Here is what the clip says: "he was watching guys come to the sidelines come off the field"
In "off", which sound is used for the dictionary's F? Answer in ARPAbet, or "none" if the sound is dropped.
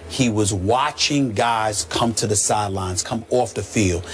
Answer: F